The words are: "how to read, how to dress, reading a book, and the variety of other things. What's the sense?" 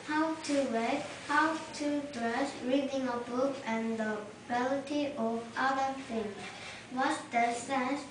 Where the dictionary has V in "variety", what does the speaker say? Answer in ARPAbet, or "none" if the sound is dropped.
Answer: B